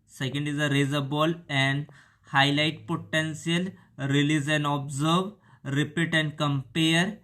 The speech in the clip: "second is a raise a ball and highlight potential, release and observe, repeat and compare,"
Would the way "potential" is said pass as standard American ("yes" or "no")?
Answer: no